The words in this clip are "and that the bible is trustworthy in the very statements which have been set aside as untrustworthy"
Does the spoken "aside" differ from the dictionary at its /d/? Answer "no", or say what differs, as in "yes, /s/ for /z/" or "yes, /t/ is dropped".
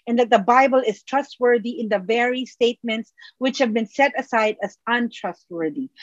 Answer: no